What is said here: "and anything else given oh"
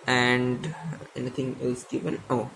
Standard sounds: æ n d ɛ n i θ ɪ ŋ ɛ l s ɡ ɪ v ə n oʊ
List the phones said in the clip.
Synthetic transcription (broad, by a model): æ n d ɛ n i t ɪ ŋ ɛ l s ɡ ɪ v ə n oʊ